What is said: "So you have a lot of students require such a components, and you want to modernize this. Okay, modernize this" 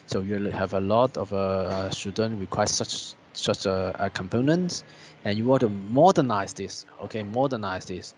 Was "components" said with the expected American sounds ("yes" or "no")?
yes